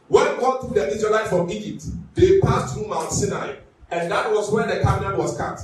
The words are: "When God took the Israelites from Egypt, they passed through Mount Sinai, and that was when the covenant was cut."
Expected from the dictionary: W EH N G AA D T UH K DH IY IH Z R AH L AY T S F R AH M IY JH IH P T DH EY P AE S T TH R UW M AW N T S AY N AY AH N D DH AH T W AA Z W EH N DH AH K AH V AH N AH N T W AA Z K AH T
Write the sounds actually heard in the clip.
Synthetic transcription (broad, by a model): W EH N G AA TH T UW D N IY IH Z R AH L AY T F R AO M IY JH IH P T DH EY P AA S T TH R UW M AW N T S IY N AY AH N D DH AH T W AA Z W EH N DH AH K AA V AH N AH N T W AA S K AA T